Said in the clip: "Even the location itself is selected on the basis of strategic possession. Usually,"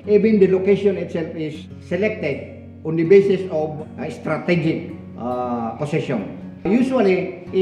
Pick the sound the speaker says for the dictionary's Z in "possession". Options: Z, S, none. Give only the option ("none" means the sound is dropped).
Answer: S